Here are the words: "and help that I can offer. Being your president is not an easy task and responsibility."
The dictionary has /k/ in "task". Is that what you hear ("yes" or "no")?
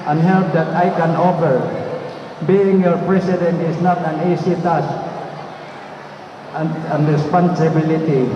no